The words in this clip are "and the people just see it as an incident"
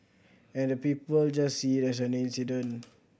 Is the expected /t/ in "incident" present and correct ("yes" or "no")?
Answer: no